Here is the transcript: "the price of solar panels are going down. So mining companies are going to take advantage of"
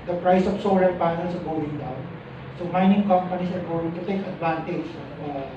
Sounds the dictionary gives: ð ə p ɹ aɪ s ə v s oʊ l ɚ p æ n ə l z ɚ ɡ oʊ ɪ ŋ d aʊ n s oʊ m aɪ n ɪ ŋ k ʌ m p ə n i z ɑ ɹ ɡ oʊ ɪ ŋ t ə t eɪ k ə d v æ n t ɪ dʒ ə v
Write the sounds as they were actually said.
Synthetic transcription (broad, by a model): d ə p ɹ aɪ s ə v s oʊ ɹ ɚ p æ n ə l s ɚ ɡ oʊ ɪ ŋ d aʊ n s oʊ m aɪ n ɪ ŋ k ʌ m p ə n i s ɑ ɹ ɡ oʊ ɪ ŋ t ə t eɪ k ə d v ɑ n t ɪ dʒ